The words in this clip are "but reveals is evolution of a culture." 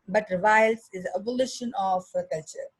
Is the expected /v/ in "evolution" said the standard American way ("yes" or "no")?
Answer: no